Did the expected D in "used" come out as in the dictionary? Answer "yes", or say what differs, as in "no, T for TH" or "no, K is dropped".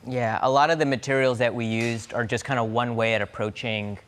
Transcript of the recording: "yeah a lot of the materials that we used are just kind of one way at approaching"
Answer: yes